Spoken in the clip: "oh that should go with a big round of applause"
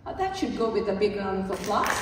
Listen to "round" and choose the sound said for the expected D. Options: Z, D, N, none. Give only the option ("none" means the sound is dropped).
none